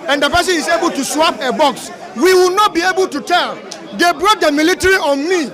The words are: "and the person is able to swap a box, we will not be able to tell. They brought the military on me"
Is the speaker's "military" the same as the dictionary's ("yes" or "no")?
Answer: yes